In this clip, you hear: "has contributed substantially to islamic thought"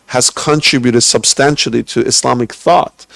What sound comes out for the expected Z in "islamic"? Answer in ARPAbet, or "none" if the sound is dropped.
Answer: S